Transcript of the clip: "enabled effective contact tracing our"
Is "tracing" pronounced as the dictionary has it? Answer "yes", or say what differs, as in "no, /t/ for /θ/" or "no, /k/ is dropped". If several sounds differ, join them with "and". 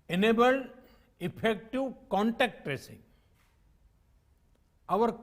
yes